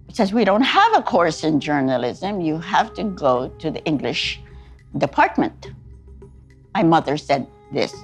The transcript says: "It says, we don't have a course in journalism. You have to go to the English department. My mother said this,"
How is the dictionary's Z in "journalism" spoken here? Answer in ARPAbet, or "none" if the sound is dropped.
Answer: Z